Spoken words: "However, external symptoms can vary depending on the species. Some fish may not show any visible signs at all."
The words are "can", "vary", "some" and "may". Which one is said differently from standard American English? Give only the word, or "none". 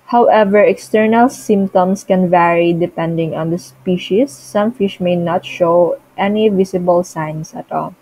none